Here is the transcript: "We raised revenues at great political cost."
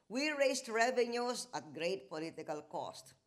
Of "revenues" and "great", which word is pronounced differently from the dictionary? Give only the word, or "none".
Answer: revenues